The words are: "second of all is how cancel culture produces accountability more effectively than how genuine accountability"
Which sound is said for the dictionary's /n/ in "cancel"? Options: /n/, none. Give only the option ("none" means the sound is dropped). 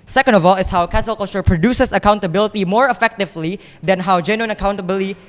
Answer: none